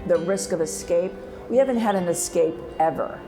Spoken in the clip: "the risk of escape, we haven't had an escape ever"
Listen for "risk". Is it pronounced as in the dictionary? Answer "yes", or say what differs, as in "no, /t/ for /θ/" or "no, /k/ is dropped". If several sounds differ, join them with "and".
yes